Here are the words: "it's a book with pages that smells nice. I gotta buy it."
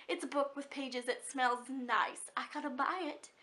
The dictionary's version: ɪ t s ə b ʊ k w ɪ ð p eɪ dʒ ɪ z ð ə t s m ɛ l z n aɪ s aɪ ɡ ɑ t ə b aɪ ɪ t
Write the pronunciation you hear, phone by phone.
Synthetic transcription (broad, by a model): ɪ t s ə b ʊ k w ɪ ð p eɪ dʒ ɪ z ð ə t s m ɛ l z n aɪ s aɪ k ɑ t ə b aɪ ɪ t